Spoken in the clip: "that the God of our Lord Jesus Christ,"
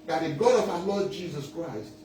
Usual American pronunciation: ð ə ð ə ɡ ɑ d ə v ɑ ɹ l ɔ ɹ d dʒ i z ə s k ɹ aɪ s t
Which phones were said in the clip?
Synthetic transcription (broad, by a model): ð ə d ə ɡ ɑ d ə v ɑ l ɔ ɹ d dʒ i z ə s k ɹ aɪ s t